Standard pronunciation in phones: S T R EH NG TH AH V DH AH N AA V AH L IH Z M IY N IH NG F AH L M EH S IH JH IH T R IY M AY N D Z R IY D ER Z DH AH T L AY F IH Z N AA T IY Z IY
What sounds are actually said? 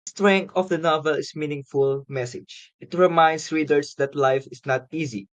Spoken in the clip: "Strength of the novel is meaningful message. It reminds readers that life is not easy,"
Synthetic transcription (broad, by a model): S T R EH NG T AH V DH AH N AA V AH L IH S M IY N IH NG F AH L M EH S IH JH IH T R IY M AY N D S R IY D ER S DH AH T L AY F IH S N AA T IY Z IY